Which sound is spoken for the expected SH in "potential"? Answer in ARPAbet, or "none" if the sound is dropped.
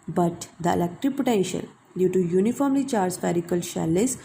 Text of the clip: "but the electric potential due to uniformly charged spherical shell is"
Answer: SH